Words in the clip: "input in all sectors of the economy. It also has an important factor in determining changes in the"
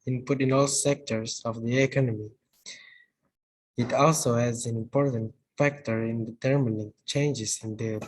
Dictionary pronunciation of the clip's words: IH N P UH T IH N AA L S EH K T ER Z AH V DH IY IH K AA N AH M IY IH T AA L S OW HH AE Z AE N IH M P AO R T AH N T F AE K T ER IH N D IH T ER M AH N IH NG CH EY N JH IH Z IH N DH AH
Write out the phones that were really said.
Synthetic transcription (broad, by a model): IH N P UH T IH N AA L S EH K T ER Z AH V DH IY IH K AA N AH M IY IH T AA L S OW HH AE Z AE N IH M P AO R T AH N T F AE K T ER IH N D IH T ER M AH N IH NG CH EY N JH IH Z IH N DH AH